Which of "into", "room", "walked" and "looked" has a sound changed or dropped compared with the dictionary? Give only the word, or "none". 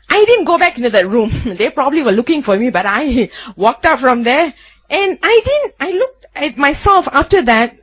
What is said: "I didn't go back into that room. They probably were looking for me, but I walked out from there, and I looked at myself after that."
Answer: none